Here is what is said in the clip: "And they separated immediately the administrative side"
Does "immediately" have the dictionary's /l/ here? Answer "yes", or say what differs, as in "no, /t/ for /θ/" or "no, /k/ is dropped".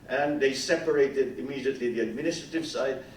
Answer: yes